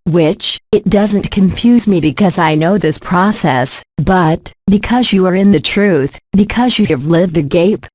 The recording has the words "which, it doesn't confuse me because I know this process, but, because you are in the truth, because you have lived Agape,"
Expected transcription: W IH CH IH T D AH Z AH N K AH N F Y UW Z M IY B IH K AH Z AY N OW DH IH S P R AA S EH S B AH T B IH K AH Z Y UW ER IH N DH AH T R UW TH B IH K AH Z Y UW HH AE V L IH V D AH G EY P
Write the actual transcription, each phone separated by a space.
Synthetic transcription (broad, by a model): W IH CH IH T D AH Z AH N K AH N F Y UW Z M IY B IH K AH Z AY N OW DH IH S P R AA S EH S B AH T B IH K AH Z Y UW ER IH N DH AH T R UW TH B IH K AH Z Y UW V L IH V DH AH G EY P